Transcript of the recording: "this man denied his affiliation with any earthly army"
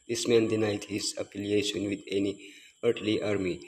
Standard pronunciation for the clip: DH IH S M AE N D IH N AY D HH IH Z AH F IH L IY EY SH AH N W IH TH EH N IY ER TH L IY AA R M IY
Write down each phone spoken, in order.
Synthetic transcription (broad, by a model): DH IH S M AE N D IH N AY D HH IH Z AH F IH L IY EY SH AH N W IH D EH N IY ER T L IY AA R M IY